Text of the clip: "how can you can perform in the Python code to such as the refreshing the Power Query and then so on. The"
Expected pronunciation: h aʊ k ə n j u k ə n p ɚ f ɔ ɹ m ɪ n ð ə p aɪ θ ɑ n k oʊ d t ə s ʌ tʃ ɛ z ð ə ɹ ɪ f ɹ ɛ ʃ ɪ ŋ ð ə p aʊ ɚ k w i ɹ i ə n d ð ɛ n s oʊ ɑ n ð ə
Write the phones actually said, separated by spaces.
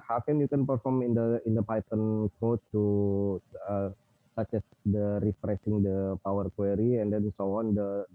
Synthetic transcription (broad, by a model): h aʊ k ə n j u k ə n p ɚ f ɔ ɹ m ɪ n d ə p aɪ t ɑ n k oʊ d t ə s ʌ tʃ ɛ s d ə ɹ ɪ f ɹ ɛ s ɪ ŋ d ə p aʊ ɚ k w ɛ ɹ i ə n d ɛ n s oʊ ɑ n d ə